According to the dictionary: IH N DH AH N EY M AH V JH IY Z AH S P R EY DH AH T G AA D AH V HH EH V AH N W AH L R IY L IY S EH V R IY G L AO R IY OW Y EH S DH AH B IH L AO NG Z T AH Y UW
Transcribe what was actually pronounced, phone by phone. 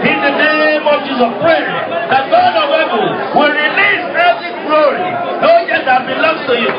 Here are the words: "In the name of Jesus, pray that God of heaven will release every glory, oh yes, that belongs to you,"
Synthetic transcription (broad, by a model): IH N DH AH N EY M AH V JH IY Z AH P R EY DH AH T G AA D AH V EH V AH L W AH L R IY L IY S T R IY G L AO R IY OW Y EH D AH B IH L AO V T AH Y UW